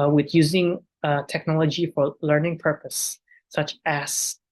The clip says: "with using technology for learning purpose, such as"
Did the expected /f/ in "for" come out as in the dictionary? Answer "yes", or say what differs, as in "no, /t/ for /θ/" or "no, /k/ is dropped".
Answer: yes